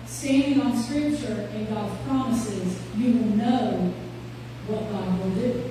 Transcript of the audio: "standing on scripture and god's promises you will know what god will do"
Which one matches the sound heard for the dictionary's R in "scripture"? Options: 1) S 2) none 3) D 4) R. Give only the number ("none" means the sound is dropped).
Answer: 4